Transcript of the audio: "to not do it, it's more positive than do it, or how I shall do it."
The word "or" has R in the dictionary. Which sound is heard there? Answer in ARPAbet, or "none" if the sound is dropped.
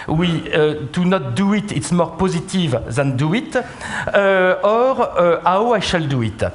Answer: R